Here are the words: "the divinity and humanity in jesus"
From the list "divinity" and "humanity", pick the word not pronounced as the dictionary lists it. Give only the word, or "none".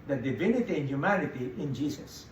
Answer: none